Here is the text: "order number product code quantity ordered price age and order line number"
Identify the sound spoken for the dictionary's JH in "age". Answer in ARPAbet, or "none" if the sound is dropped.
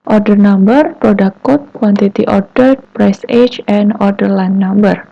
CH